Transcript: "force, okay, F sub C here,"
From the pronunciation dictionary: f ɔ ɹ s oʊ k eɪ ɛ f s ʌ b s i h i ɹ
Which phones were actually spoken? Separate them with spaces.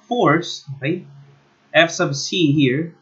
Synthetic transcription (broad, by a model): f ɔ ɹ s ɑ ɪ ɛ f s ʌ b s i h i ɹ